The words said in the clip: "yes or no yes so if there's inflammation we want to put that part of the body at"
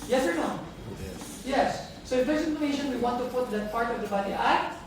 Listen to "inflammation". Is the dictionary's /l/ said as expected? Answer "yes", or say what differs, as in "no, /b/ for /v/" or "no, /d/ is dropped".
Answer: no, /l/ is dropped